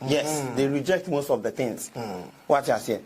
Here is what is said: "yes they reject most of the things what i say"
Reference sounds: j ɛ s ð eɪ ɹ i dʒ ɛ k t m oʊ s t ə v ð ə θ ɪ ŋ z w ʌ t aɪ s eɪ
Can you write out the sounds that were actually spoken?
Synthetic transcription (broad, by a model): j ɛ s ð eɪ ɹ i dʒ ɛ k t m oʊ s t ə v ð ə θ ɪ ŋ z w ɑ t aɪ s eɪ